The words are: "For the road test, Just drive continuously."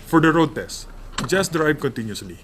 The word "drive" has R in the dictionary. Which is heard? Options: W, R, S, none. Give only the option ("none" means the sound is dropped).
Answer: R